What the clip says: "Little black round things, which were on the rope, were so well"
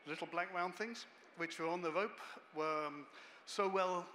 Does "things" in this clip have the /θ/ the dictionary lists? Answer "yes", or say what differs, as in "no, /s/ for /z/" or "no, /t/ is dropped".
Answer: yes